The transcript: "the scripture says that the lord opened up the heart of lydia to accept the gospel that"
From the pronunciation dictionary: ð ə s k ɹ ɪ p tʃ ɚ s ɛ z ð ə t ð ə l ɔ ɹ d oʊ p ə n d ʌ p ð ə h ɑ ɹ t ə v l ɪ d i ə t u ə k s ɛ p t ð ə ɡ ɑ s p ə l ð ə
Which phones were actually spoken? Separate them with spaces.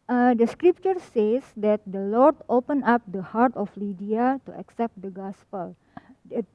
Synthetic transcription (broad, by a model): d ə s k ɹ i p tʃ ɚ s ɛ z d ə t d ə l ɔ ɹ d oʊ p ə n ɑ p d ə h ɑ ɹ t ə f l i d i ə t u ə k s ɛ p t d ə ɡ ɑ s p ə l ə